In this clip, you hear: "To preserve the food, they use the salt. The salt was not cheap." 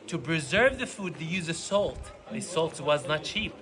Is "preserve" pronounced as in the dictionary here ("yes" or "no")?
yes